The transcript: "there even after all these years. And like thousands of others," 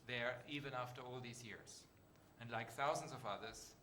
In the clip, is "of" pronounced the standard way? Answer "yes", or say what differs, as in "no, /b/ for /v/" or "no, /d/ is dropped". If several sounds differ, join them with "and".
yes